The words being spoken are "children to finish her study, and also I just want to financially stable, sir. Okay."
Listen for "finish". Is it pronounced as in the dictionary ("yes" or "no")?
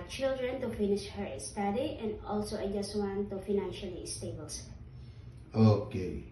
yes